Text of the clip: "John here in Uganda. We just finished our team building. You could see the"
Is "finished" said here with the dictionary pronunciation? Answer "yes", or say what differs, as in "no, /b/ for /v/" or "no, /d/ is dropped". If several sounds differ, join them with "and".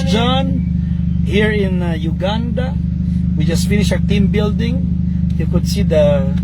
no, /t/ is dropped